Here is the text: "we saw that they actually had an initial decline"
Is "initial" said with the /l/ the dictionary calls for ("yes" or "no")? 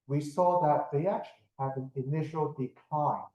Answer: yes